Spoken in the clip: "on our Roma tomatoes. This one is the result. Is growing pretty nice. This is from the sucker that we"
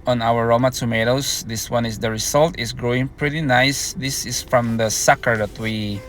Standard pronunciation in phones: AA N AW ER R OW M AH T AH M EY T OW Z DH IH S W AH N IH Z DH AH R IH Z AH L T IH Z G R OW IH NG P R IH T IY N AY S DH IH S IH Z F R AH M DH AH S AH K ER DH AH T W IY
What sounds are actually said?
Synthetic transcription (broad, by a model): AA N AW ER R OW M AH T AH M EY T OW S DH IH S W AH N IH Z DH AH R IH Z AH L T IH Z G R OW IH NG P R IH T IY N AY S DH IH S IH S F R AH M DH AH S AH K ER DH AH T W IY